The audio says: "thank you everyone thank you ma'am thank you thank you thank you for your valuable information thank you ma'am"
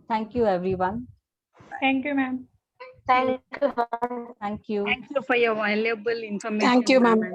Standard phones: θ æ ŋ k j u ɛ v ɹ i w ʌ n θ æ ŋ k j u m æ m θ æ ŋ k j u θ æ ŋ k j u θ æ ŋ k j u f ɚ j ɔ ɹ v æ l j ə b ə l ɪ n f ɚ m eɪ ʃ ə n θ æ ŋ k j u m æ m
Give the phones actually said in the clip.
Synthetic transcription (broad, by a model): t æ ŋ k j u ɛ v ɹ i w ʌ n t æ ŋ k j u m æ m t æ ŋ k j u t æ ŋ k j u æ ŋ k j u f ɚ j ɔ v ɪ l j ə b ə l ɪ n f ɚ m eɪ ə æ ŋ k j u m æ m